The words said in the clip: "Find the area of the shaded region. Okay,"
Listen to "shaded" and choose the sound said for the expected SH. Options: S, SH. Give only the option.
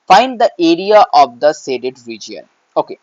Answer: S